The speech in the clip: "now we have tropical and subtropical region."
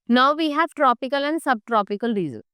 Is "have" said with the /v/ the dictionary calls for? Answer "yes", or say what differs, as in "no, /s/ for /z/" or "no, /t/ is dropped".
yes